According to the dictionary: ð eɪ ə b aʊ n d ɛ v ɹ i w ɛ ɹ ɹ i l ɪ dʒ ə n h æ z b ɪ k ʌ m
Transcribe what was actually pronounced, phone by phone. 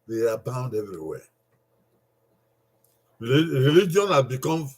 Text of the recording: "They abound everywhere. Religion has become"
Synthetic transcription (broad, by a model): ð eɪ ə b aʊ n d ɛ v ɹ i w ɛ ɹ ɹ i l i dʒ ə n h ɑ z b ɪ k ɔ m